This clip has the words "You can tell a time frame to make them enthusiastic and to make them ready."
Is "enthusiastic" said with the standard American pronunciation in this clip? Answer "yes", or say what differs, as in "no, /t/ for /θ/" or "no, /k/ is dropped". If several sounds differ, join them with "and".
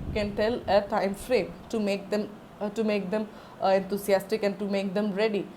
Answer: no, /t/ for /θ/